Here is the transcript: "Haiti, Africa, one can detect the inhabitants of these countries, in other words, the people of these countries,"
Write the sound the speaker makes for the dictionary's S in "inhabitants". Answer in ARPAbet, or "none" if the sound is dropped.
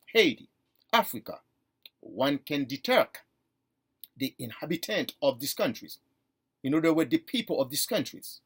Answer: none